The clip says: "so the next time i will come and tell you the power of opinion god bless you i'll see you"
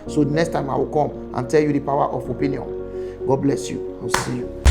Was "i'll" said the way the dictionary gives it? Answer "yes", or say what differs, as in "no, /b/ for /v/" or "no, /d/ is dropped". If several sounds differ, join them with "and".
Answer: no, /w/ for /l/